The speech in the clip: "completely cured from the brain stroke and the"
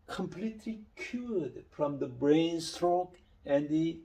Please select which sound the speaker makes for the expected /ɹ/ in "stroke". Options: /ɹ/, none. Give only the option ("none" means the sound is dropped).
/ɹ/